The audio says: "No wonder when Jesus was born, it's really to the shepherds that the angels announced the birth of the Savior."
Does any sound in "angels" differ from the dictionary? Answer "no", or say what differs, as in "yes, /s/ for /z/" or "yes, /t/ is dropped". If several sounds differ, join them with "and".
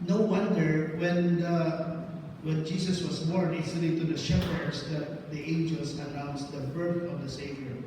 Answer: yes, /s/ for /z/